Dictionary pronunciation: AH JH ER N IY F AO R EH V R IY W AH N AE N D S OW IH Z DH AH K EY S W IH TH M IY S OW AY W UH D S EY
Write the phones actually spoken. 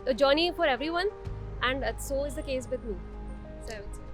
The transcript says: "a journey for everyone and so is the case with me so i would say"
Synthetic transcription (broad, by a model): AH JH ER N IY F AO R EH V R IY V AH N AE N D S OW IH Z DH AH K EY S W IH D M IY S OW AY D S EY